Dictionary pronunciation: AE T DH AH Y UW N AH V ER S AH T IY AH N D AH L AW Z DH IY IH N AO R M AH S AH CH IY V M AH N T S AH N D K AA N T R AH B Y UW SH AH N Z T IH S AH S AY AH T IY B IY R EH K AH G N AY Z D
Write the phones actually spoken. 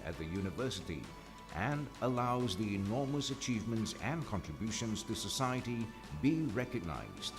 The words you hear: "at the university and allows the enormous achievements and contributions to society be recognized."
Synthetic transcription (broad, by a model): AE T DH AH Y UW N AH V ER S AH T IY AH N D AH L AW Z DH IY IH N AO R M AH S AH CH IY V M AH N T S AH N K AA N T R AH B Y UW SH AH N Z T IH S AH S AY AH T IY B IY R EH K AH G N AY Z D